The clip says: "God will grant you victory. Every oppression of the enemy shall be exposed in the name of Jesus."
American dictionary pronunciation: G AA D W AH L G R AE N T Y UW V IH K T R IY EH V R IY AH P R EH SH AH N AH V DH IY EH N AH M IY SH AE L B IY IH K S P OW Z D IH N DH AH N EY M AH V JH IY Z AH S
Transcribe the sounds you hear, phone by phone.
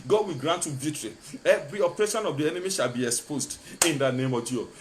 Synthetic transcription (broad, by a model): G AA D W AH L G R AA N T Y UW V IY T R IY EH V R IY AH P R EH SH AH N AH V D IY EH N AH M IY SH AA L B IY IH K S P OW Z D IH N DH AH N EY M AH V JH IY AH